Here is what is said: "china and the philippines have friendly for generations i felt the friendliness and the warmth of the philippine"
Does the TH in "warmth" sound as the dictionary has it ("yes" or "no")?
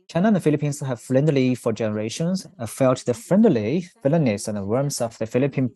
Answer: no